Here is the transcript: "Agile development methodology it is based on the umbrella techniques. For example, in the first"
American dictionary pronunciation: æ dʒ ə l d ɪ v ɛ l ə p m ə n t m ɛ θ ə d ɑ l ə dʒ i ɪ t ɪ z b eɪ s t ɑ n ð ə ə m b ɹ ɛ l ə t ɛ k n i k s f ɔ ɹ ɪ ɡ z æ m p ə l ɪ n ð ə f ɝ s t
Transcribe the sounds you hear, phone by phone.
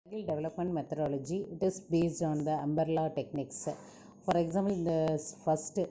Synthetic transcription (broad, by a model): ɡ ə l d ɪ v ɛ l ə p m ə n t m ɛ t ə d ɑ l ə dʒ i ɪ t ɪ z b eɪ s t ɑ n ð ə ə m b ɹ l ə t ɛ k n i k s f ɔ ɹ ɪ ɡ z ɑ m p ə l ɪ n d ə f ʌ s t